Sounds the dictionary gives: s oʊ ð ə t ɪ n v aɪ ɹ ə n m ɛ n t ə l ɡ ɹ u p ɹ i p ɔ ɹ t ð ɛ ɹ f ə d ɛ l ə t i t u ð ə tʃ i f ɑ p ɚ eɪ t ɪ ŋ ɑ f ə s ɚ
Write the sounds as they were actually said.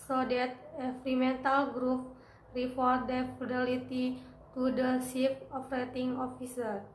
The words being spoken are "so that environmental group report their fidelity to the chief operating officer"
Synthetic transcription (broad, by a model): s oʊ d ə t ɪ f ɹ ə m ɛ n t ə l ɡ ɹ u p ɹ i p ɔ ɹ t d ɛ f ə d ɛ l ə t i t u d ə s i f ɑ f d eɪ t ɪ ŋ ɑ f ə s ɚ